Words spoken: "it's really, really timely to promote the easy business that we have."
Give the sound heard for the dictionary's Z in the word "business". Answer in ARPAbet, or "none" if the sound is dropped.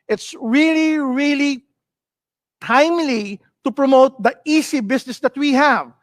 S